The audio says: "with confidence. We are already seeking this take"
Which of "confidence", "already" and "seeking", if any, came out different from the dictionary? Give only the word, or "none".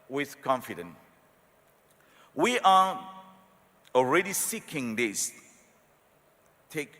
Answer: confidence